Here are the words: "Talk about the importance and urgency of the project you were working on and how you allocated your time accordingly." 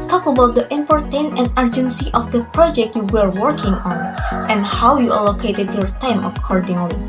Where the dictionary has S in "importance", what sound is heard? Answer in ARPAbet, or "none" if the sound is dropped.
none